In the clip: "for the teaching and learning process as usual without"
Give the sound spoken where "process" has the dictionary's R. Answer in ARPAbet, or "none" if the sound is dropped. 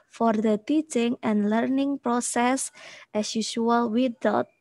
R